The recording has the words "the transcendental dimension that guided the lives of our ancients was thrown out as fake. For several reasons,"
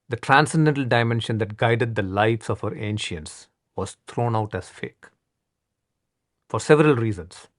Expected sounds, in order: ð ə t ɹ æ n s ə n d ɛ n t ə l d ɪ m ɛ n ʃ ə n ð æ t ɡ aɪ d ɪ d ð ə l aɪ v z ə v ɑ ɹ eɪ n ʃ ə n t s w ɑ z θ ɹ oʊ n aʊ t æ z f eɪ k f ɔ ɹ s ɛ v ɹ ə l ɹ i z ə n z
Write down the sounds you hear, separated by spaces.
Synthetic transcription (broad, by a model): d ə t ɹ æ n s ə n d ɛ n t ə l d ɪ m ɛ n ʃ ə n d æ t ɡ aɪ d ɪ d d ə l aɪ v s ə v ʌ ɹ eɪ n ʃ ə n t s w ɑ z t ɹ oʊ n aʊ t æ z f eɪ k f ɔ ɹ s ɛ v ɹ ə l ɹ i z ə n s